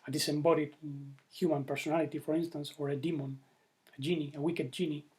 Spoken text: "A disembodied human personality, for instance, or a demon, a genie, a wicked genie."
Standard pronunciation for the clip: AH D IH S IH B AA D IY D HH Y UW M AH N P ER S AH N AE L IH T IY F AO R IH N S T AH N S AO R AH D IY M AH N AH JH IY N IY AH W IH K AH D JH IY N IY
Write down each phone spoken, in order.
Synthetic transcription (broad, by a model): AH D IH S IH B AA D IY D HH Y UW M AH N P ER S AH N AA L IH T IY F AO R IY N S T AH N S AO R AH D IY M AH N AH JH IY N IY AH W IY K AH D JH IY N IY